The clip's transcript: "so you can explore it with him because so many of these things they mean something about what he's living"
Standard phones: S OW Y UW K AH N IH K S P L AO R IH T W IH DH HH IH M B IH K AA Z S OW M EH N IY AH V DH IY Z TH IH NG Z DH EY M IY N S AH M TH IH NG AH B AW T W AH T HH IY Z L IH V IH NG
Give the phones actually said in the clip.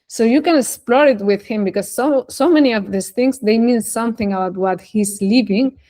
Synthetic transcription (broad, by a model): S OW Y UW K AH N IH K S P L AO R IH T W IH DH HH IH M B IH K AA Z S OW M EH N IY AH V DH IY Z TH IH NG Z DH EY M IY N S AH M TH IH NG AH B AW T W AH T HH IY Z L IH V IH NG